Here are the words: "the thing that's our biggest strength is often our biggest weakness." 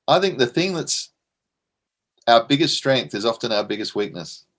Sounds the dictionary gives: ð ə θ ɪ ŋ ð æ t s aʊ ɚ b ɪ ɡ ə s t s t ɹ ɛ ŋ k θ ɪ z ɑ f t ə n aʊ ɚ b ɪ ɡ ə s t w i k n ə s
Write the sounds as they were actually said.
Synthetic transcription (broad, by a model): ð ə θ ɪ ŋ ð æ t s aʊ ɚ b ɪ ɡ ə s t s t ɹ ɛ ŋ k θ ɪ z ɑ f t ə n aʊ ɚ b ɪ ɡ ə s t w i k n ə s